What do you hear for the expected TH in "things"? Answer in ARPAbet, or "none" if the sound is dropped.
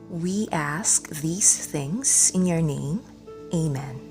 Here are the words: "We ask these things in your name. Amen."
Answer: TH